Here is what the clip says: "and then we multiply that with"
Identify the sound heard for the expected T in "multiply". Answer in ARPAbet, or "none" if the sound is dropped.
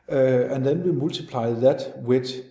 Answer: S